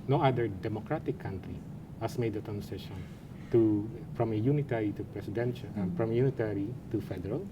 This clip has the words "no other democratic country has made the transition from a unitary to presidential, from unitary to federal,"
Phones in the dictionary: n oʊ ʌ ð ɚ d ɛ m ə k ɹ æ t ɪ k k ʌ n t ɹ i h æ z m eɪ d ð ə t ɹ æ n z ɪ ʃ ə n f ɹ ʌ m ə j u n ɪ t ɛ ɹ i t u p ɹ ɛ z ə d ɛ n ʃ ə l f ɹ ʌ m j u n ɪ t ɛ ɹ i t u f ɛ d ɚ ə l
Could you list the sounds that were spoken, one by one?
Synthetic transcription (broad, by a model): n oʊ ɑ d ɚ d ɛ m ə k ɹ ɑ t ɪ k k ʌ n t ɹ i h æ s m eɪ d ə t æ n s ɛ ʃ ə n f ɹ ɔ m ə j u n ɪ t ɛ ɹ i t u p ɹ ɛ s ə d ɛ n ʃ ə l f ɹ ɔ m j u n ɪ t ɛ ɹ i t u f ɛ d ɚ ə l